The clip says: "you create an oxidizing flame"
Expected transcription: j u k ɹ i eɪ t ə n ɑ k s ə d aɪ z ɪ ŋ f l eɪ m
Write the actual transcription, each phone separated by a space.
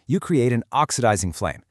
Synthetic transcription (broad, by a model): j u k ɹ i eɪ t ə n ɑ k s ə d aɪ z ɪ ŋ f l eɪ m